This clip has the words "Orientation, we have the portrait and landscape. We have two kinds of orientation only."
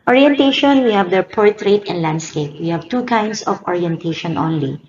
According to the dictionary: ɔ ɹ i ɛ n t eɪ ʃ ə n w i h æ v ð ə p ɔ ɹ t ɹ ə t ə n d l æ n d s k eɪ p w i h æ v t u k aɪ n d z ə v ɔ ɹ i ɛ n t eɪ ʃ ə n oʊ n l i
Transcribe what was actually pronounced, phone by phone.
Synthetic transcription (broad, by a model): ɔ ɹ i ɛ n t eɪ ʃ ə n w i h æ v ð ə p ɔ ɹ t ɹ ə t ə n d l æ n d s k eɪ p w i h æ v t u k aɪ n d s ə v ɔ ɹ i ɛ n t eɪ ʃ ə n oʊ n l i